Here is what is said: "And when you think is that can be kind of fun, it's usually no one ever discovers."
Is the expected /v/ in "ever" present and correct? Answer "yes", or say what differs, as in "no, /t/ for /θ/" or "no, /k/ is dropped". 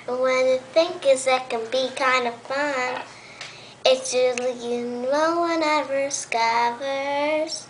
no, /v/ is dropped